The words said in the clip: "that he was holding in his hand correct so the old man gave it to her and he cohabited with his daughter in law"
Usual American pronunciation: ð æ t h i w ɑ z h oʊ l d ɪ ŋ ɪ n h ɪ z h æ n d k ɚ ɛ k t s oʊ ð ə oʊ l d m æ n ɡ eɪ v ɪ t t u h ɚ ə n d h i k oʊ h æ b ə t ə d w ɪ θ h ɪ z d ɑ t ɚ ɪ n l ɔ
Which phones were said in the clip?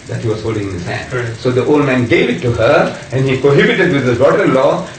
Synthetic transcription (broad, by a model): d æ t h i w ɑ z h oʊ l d ɪ ŋ ɪ n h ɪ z h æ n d s oʊ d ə oʊ l d m æ n ɡ eɪ v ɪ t t u h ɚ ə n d h i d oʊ h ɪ b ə t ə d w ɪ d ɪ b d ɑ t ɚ ɪ n l ɔ